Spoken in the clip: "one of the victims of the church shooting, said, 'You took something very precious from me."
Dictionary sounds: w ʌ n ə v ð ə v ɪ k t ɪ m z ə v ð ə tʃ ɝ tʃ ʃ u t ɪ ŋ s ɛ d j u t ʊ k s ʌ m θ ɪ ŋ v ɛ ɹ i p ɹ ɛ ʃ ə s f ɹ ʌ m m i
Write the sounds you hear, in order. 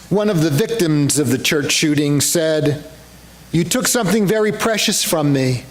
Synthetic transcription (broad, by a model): w ʌ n ə v ð ə v ɪ k t ɪ m z ə v ð ə tʃ ɝ tʃ ʃ u t ɪ ŋ s ɛ d j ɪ t ʊ k s ʌ m θ ɪ ŋ v ɛ ɹ i p ɹ ɛ ʃ ə s f ɹ ʌ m m i